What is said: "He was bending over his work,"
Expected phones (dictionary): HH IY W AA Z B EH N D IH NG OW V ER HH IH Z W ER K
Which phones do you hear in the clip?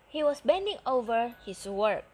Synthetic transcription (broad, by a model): HH IY W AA S B EH N D IH NG OW V ER HH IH S W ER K